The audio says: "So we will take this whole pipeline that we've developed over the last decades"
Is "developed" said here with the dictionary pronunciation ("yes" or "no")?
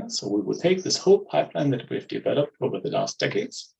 yes